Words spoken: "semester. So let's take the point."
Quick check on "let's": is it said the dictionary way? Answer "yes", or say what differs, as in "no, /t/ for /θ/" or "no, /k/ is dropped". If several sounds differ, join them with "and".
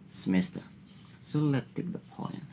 no, /s/ is dropped